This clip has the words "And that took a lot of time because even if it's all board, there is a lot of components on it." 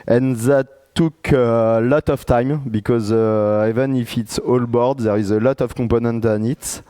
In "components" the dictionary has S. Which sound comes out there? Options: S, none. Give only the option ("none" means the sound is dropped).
none